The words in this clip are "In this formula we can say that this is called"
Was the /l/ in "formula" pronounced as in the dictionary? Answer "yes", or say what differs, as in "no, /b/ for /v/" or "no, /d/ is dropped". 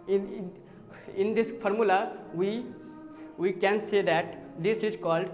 no, /w/ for /l/